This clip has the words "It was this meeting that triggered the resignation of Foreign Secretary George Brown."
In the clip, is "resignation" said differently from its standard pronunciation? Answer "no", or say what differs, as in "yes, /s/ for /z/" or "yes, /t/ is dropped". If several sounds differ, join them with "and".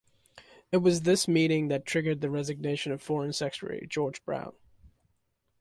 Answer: no